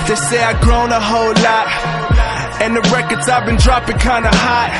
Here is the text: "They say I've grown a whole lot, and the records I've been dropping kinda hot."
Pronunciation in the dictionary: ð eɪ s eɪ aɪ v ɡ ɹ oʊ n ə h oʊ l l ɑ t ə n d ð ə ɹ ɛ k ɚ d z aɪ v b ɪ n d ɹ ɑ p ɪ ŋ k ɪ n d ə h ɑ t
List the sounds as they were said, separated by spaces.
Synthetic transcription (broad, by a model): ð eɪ s eɪ aɪ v ɡ ɹ oʊ n ə h oʊ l l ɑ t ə n ð ə ɹ ɛ k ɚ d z aɪ v b ɪ n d ɹ ɑ p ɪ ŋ k ɪ n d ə h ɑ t